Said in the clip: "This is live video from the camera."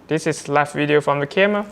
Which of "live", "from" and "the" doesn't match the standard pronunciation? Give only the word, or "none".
live